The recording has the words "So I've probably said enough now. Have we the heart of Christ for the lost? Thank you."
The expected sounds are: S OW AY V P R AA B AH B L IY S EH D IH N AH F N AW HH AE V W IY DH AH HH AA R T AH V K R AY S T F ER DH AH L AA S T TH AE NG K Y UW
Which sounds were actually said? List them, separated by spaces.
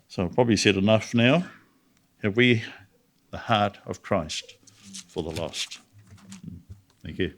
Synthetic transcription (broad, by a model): S OW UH P R AA B AH B L IY S EH D IH N AH F N AW HH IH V W IY DH AH HH AA R T AH V K R AY S T F ER DH AH L AA S T TH AE NG K Y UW